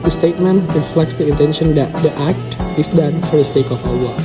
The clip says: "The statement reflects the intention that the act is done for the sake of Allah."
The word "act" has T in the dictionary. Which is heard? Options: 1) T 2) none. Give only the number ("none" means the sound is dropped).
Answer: 1